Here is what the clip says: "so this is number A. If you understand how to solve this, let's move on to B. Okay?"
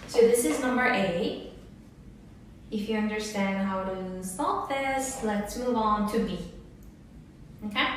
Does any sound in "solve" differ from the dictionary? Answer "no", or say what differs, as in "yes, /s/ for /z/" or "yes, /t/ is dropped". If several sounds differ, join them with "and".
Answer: yes, /p/ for /v/